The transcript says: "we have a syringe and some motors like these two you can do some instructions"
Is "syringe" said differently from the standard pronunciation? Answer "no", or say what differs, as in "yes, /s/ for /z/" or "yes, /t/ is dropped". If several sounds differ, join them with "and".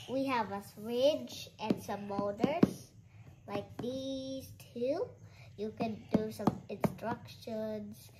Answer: yes, /n/ is dropped